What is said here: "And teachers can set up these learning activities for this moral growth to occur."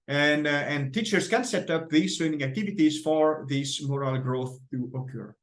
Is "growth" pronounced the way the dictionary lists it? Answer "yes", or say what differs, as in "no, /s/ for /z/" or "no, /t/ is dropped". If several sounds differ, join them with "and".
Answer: yes